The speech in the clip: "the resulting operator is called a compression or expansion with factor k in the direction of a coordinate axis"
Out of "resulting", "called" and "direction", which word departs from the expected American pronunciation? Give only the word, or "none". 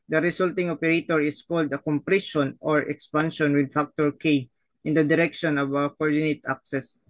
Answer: resulting